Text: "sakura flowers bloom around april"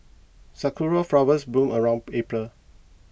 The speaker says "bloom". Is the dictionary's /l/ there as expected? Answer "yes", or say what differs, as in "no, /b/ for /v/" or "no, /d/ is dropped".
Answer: no, /l/ is dropped